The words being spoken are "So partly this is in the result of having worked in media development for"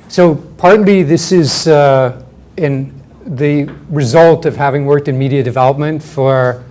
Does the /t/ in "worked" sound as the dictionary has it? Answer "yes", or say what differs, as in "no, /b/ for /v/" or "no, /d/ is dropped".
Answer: yes